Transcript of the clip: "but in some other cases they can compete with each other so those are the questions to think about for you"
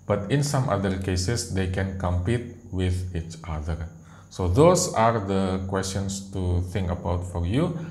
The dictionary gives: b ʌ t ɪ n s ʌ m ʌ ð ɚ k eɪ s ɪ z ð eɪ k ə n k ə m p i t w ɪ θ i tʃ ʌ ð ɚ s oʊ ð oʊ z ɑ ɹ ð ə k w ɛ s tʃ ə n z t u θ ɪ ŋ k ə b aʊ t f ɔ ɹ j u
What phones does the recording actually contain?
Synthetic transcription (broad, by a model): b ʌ t ɪ n s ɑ m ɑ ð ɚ k eɪ s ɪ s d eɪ k ə n k ə m p i t w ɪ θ i tʃ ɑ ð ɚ s oʊ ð oʊ s ɑ ɹ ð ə k w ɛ s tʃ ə n s t u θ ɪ ŋ k ə b aʊ t f ɔ ɹ j u